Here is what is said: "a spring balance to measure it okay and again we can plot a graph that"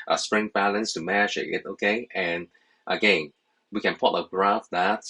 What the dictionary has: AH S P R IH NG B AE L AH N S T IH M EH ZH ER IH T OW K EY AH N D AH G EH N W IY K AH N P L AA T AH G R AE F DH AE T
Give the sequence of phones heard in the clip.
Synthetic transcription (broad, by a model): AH S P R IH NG B AE L AH N S T IH M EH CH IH IH T OW K EY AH N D AH G EH N W IY K AH N P AA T AH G R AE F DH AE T